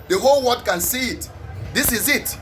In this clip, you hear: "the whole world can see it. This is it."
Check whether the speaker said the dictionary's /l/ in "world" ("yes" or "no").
no